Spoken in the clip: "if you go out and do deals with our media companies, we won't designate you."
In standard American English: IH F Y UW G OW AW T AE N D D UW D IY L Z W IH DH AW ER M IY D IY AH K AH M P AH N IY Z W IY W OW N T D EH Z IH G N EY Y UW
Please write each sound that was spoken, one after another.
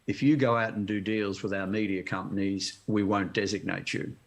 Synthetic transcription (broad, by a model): IH F Y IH G OW AW T N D D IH D IY L Z W IH DH AW ER M IY D IY AH K AH M P AH N IY Z W IY W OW N D EH Z IH G N EY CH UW